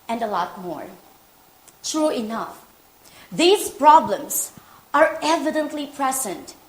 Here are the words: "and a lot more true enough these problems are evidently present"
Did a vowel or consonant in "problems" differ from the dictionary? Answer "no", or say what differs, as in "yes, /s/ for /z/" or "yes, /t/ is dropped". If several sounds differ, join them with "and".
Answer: yes, /s/ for /z/